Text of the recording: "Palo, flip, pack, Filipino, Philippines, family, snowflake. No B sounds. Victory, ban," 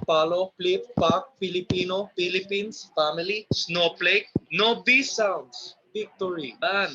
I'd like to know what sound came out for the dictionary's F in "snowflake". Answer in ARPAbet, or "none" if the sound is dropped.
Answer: P